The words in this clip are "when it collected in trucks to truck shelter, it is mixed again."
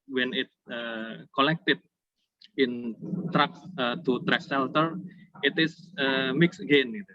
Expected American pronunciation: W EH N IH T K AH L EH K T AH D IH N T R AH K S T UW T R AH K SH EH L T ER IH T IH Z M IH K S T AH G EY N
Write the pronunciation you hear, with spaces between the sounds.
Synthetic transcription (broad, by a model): W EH N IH T K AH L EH K T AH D IH N T R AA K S T UW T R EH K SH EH L T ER IH T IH S M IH K S AH G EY N